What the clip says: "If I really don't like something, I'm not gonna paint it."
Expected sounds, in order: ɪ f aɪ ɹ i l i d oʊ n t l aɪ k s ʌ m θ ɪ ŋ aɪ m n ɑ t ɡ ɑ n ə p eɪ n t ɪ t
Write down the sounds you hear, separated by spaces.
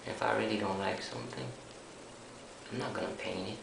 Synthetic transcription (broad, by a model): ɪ f aɪ ɹ i l i d oʊ n t l aɪ k s ʌ m θ ɪ ŋ aɪ m n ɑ t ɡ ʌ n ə p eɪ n ɪ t